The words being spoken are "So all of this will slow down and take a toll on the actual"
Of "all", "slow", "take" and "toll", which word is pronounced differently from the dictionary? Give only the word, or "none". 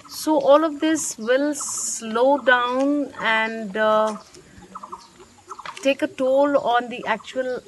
none